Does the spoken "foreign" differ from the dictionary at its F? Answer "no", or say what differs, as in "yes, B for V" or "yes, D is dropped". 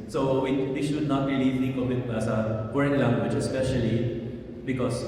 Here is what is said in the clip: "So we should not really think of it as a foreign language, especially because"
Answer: yes, P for F